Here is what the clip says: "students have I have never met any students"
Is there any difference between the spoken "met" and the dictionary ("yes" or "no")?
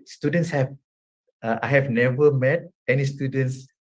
no